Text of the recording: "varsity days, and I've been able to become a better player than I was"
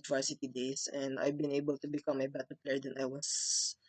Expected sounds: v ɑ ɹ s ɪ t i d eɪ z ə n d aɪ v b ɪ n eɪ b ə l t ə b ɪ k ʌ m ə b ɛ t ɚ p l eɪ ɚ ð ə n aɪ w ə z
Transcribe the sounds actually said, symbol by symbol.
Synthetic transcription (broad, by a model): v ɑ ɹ s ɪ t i d eɪ s ə n d aɪ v b ɪ n eɪ b ə l t ə b ɪ k ʌ m ə b ɛ t ɚ p l eɪ ɚ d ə n aɪ w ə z